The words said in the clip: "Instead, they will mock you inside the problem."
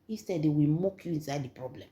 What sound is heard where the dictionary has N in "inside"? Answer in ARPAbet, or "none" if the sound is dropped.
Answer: N